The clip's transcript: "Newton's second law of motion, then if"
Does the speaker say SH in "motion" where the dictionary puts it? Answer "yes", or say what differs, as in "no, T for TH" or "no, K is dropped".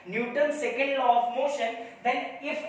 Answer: yes